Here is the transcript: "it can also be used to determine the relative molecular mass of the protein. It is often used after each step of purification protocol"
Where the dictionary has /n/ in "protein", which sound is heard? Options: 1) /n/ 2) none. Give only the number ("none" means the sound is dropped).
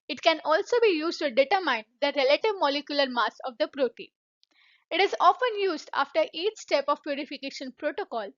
2